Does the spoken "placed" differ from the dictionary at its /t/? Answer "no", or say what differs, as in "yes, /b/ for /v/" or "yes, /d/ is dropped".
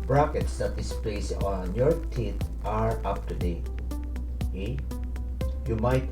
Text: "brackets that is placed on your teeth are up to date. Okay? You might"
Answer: yes, /t/ is dropped